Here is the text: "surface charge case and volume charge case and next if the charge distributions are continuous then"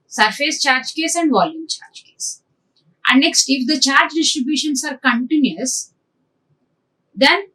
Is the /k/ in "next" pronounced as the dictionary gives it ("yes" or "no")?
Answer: yes